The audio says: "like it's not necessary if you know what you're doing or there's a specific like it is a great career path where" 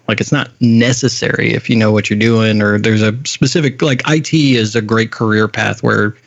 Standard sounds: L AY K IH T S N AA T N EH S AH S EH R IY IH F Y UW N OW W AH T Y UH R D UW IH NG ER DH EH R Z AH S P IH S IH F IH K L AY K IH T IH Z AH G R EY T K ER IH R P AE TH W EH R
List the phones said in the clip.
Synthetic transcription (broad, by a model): L AY K IH T S N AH T N EH S AH S EH R IY IH F Y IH N OW W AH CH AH R D UW IH NG ER DH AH R Z AH S P IH S IH F IH K L AY K IH T IH Z AH G R EY T K ER IH R P AE TH W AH R